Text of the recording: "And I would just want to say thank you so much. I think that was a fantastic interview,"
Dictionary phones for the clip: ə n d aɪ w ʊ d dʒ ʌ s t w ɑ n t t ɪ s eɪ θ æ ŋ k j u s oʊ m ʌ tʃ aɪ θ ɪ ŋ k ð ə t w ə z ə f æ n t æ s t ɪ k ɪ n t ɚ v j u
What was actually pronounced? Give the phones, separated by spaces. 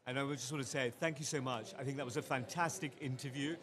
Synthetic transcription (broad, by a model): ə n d aɪ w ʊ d dʒ ʌ s t w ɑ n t t ɪ s eɪ θ æ ŋ k j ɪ s oʊ m ʌ tʃ aɪ θ ɪ ŋ k ð ə t w ə z ə f æ n t æ s t ɪ k ɪ n t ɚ v j u